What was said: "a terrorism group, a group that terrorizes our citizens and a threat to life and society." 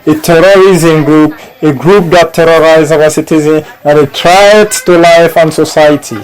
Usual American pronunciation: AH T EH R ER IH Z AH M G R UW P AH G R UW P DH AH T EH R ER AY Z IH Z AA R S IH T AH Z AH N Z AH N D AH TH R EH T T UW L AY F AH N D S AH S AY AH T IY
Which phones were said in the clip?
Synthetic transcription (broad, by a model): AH T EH R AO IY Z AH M G R UW P AH G R UW P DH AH T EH R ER AY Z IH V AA S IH T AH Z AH N AH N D AH T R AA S T UW L AY F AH N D S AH S AY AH T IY